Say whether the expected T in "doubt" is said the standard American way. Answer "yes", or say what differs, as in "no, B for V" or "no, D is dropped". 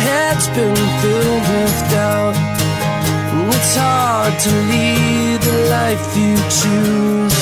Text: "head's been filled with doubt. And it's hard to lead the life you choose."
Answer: no, T is dropped